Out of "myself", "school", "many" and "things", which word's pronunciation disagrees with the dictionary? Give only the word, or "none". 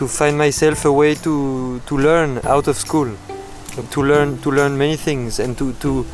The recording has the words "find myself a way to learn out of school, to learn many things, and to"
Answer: none